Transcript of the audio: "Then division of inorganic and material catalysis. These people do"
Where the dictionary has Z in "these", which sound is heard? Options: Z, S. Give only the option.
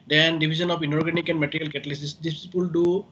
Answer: S